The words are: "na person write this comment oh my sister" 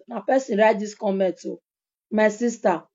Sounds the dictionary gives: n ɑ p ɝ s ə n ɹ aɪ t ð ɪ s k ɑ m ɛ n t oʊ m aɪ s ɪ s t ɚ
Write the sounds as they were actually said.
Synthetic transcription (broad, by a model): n ɑ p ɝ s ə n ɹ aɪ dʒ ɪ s k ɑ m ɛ t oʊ m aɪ s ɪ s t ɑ